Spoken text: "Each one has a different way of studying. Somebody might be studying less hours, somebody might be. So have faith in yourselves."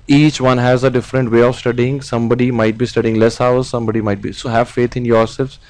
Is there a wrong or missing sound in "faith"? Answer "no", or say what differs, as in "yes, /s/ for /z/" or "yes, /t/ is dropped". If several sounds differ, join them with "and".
yes, /t/ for /θ/